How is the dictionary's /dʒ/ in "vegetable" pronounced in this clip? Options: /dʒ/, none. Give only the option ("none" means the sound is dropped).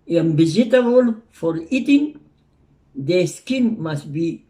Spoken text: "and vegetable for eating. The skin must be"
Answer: none